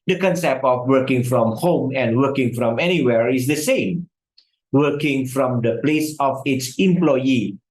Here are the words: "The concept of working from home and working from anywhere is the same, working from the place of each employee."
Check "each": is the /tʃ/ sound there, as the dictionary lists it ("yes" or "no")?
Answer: no